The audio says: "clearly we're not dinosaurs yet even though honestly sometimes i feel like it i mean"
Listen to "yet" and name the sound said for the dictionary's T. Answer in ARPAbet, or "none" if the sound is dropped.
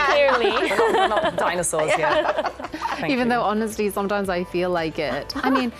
none